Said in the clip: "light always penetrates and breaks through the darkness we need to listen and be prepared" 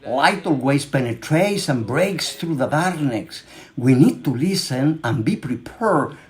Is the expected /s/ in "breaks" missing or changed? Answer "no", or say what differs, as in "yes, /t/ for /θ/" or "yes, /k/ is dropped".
no